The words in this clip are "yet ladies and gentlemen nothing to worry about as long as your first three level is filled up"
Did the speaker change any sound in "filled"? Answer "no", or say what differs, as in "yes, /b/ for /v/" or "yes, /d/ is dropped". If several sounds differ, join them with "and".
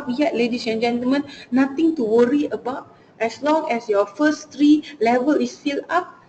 yes, /d/ is dropped